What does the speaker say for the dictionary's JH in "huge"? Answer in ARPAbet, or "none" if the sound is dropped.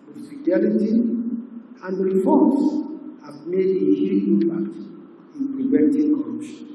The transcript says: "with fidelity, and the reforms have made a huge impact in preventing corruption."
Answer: none